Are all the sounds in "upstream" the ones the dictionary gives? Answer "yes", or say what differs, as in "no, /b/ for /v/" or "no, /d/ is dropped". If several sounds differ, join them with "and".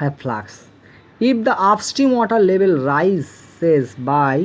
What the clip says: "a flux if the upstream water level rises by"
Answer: no, /ɹ/ is dropped